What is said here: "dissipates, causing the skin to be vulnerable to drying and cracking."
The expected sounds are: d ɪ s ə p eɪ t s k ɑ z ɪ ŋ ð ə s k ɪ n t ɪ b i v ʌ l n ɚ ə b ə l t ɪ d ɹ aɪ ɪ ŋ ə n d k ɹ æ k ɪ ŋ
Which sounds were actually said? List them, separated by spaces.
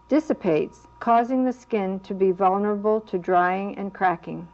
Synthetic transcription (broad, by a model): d ɪ s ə p eɪ t s k ɑ z ɪ ŋ ð ə s k ɪ n t ɪ b i v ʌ l n ɚ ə b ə l t ɪ d ɹ aɪ ɪ ŋ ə n k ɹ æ k ɪ ŋ